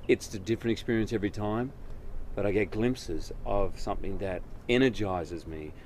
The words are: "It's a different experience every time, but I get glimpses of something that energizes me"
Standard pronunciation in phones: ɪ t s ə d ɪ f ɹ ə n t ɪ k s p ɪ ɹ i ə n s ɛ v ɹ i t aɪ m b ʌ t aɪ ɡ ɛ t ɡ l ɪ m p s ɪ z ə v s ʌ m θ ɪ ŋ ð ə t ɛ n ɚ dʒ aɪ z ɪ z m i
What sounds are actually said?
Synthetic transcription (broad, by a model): ɪ t s ə d ɪ f ɹ ə n t ɪ k s p ɪ ɹ i ə n s ɛ v ɹ i t aɪ m b ʌ t aɪ ɡ ɛ t ɡ l ɪ m p s ɪ z ə v s ʌ m θ ɪ ŋ ð ə t ɛ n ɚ dʒ aɪ z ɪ z m i